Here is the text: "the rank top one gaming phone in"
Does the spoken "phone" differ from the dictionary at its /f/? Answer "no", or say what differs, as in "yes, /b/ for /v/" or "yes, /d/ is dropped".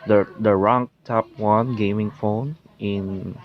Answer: no